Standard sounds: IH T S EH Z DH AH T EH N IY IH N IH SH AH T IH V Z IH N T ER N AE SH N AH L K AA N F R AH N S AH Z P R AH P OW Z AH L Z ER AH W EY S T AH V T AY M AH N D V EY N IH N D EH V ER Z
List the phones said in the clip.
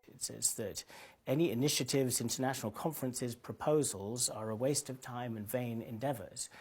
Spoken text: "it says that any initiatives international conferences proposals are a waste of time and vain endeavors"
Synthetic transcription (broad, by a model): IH T S EH Z DH AH T EH N IY IH N IH SH AH T IH V Z IH N T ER N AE SH N L K AA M F R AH N S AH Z P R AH P OW Z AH L Z ER AH W EY S T AH V T AY M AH N V EY N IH N D EH V ER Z